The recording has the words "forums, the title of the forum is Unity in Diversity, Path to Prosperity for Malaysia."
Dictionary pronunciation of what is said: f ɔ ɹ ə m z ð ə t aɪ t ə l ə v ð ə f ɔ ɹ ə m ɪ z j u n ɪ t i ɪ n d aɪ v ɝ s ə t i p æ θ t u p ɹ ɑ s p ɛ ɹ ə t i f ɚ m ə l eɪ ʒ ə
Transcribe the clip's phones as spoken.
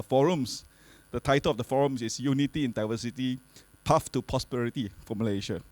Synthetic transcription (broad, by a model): f ɔ ɹ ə m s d ə t aɪ t ə l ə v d ə f ɔ ɹ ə m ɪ s j u n ɪ t i ɪ n d aɪ v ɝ s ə t i p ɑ f t u p ɹ ɑ s p ɛ ɹ ə t i f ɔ m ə l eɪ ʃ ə